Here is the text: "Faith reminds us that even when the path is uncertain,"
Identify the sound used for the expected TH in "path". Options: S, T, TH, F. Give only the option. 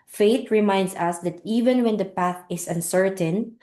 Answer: TH